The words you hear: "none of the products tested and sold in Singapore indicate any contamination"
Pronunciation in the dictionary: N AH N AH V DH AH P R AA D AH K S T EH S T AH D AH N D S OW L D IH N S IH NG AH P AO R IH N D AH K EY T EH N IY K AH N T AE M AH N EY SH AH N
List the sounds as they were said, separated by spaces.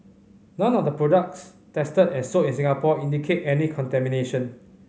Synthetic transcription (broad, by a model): N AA N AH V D AH P R AA D AH K S T EH S T AH D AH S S OW IH N S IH NG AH P AO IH N D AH K EY T EH N IY K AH N T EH M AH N EY SH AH N